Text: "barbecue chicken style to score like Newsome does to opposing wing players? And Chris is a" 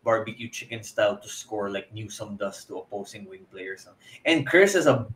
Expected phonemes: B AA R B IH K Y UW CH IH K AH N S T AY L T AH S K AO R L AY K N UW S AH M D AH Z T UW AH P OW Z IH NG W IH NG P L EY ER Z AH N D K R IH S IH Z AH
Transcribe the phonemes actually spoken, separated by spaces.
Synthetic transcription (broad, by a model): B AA R B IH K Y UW CH IH K AH N S T AY L T AH S K AO R L AY K N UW S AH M D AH S T UW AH P OW S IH NG W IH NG P L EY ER S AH N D K R IH S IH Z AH